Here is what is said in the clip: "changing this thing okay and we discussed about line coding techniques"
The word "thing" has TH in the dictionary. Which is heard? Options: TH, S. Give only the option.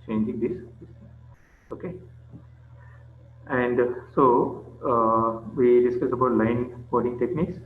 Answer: S